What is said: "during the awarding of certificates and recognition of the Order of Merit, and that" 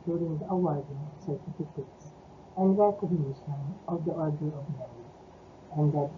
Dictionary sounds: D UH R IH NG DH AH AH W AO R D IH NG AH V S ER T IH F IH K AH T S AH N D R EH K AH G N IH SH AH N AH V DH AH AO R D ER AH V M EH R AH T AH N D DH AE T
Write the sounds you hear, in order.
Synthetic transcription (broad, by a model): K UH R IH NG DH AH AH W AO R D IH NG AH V S ER T IH F IH K AH T S AH N D R EH K AH G N IH SH AH N AH V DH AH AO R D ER AH V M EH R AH AH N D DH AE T